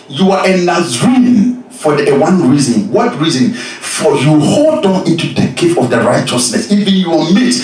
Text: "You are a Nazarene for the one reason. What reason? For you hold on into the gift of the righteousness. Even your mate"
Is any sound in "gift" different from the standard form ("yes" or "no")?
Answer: yes